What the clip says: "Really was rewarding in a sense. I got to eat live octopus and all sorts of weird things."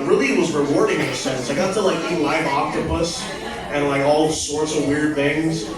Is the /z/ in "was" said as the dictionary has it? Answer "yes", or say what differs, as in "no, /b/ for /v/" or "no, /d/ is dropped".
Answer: yes